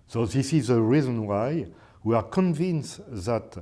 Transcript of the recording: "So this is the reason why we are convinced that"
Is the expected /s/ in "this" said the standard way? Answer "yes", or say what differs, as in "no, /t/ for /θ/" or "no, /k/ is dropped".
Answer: yes